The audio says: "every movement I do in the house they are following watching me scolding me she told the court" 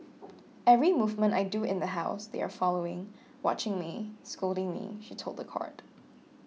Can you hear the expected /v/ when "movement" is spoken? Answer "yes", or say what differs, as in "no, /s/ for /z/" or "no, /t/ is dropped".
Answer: yes